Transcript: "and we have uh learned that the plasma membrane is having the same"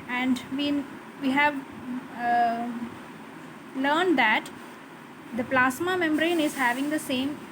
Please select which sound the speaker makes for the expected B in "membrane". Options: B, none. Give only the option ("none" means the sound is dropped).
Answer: B